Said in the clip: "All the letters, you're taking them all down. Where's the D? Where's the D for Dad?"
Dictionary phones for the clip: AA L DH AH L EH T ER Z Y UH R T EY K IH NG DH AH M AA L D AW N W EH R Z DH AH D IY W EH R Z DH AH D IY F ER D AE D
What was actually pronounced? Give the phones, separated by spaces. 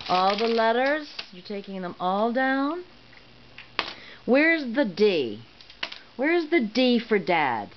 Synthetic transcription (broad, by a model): AA L DH AH L EH T ER Z Y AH R T EY K IH NG DH AH M AA L D AW N W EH R Z DH AH D IY W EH R Z DH AH D IY F ER D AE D